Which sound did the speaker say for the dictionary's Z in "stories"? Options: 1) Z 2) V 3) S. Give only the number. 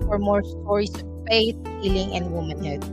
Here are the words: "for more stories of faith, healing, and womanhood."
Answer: 3